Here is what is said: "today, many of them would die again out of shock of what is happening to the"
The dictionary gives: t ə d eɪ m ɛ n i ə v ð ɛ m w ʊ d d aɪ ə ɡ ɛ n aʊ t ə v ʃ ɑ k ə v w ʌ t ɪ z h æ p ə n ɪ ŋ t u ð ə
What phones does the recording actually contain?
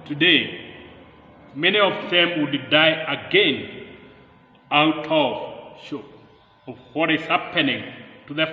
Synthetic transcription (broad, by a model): t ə d eɪ m ɛ n i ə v ð ɛ m w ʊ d d aɪ ə ɡ ɛ n aʊ t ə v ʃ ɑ ə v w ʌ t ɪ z h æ p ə n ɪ ŋ t u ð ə